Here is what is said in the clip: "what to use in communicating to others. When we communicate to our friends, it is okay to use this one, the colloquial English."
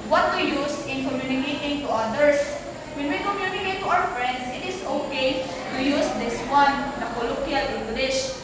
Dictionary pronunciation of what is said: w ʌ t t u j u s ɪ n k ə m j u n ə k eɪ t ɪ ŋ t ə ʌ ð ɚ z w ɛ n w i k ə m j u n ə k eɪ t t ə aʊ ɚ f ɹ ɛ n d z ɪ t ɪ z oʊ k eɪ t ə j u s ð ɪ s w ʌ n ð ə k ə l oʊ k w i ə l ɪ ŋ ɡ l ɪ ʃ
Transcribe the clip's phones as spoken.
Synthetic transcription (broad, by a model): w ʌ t t u j u s ɪ n k ə m j u n ə k eɪ t ɪ ŋ t ə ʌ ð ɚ s w ɛ n w i k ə m j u n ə k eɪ t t aʊ ɚ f ɹ ɛ n d s ɪ t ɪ s oʊ k eɪ t ə j u s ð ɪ s w ʌ n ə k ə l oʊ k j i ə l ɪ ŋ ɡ l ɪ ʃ